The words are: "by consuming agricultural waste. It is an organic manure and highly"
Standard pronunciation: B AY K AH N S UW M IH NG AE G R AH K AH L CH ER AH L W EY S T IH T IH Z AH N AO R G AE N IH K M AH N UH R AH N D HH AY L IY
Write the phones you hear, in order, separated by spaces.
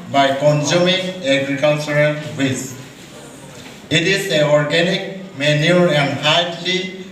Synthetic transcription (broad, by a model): B AY K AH N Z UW M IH NG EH G R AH K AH L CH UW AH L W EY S IH T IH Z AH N AO R G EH N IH K M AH N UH R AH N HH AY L IY